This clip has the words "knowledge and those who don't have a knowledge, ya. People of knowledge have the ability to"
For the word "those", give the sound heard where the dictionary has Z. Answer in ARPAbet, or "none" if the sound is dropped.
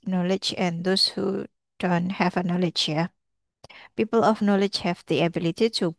S